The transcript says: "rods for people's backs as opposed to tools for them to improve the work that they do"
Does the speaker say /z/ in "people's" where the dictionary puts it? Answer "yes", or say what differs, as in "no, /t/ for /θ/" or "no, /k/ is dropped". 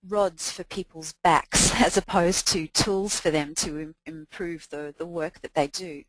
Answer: yes